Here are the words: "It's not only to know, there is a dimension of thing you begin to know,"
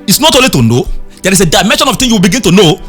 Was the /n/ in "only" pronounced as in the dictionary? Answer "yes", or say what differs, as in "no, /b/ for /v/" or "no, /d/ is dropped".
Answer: no, /n/ is dropped